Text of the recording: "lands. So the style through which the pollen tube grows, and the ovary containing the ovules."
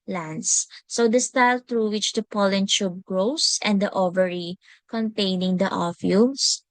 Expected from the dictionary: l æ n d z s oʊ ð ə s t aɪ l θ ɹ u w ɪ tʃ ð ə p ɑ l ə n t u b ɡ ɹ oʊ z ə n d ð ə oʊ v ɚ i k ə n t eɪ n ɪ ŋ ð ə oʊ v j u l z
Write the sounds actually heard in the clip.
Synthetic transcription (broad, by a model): l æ n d s oʊ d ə s t aɪ l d ɹ u w ɪ tʃ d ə p ɑ l ə n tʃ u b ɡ ɹ oʊ s ə n d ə oʊ v ɚ i k ə n t eɪ n ɪ ŋ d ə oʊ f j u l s